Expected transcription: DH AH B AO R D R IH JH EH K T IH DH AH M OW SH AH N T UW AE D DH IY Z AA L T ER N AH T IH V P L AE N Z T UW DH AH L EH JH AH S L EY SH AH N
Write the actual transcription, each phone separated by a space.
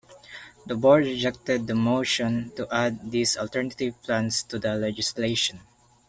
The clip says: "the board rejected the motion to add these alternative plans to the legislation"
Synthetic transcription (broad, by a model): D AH B AO R D R IH JH EH K T IH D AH M OW SH AH N T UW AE D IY S AA L T ER N AH T IH V P L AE N S T UW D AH L EH JH AH S L EY SH AH N